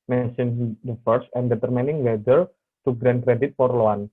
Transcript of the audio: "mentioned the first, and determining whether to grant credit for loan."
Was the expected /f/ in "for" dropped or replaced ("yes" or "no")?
yes